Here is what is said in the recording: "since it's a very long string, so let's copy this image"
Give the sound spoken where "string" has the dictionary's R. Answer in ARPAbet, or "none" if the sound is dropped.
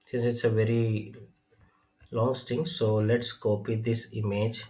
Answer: none